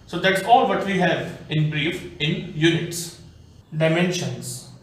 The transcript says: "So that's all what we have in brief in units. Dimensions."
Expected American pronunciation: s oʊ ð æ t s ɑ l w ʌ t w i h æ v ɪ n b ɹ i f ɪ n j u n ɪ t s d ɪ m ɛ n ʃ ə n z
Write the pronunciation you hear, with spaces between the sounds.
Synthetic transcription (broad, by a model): s oʊ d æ t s ɑ l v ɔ t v i h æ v ɪ n b ɹ i f ɪ n j u n ɪ t s d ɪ m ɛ n ʃ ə n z